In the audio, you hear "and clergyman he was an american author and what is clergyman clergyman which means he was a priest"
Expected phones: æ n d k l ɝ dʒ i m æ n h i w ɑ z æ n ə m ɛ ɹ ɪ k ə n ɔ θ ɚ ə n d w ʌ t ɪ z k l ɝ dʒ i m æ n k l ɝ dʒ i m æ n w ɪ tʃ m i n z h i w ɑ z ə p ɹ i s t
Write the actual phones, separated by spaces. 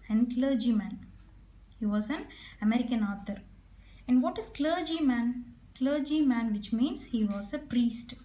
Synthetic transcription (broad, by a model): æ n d k l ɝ dʒ i m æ n h i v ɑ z æ n ə m ɛ ɹ ɪ k ə n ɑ t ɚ ə n d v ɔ t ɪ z k l ɝ dʒ i m æ n k l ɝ dʒ i m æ n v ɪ tʃ m i n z h i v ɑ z ə p ɹ i s t